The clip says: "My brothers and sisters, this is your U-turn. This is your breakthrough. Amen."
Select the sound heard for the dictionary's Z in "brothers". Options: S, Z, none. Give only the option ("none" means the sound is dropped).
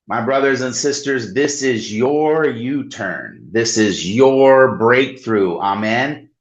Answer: Z